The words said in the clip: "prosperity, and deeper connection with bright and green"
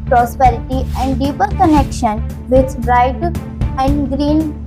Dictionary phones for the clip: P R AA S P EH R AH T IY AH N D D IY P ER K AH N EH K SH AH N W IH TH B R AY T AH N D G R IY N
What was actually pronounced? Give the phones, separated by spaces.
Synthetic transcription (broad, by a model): P R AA S P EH R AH T IY AH N D D IY P ER K AH N EH K SH AH N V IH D B R AY T AH N D G R IY N